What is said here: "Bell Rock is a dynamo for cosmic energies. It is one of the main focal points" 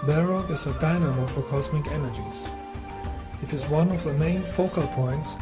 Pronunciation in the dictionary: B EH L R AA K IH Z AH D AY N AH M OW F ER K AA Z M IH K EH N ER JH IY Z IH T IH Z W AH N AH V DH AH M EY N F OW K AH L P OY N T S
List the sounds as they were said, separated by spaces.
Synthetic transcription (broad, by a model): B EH R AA IH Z AH D AY N AH M OW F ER K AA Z M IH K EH N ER JH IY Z IH T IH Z W AH N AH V DH AH M EY N F OW K AH L P OY N T S